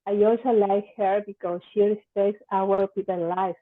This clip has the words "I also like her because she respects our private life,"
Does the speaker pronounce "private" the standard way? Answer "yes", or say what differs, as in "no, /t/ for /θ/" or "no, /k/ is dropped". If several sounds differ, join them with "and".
no, /ɹ/ is dropped and /p/ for /v/